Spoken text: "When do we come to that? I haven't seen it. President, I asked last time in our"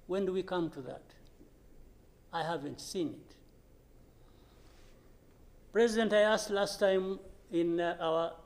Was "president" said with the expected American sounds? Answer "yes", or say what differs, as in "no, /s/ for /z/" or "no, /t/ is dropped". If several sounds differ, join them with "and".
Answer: yes